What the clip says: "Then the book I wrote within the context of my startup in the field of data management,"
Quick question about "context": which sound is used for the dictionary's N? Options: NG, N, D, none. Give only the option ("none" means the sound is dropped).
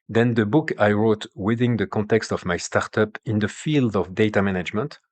N